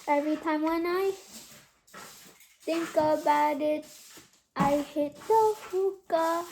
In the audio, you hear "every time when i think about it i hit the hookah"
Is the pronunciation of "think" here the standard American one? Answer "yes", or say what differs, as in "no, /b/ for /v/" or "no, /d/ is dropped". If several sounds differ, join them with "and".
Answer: no, /t/ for /θ/